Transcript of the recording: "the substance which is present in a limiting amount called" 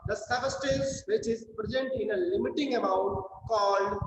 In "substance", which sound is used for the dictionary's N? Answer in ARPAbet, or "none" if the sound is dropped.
none